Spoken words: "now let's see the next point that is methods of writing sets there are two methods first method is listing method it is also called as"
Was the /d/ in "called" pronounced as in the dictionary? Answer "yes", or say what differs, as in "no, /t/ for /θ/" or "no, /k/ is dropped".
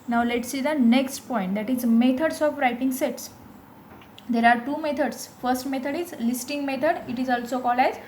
no, /d/ is dropped